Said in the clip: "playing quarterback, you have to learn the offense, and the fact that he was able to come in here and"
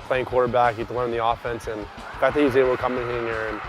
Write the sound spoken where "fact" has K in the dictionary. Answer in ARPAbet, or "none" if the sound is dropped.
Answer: none